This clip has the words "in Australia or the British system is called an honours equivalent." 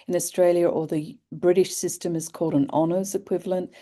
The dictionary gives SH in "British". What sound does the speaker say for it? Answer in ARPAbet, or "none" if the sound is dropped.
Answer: SH